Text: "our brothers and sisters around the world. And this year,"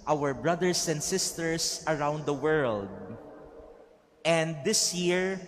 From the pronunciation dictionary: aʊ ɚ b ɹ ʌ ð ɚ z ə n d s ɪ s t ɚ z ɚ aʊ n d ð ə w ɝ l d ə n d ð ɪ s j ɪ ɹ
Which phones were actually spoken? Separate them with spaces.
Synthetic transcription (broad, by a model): aʊ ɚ b ɹ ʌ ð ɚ s ə n d s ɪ s t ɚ s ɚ aʊ n d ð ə w ɝ l d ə n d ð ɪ s j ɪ ɹ